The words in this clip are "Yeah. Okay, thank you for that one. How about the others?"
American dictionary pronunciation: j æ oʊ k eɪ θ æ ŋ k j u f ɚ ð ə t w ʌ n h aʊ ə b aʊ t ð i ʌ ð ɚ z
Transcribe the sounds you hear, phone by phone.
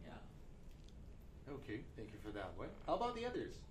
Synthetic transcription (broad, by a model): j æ oʊ k eɪ θ æ ŋ k j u f ɚ ð ə t w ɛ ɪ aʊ ə b aʊ t ð i ʌ ð ɚ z